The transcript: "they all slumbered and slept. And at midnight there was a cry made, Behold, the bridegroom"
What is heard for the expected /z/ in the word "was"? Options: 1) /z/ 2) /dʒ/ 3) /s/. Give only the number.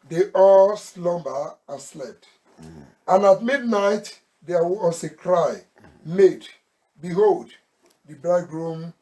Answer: 3